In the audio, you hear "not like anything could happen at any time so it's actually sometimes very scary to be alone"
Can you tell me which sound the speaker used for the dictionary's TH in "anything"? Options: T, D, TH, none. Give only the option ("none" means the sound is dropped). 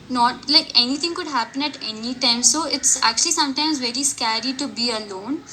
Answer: T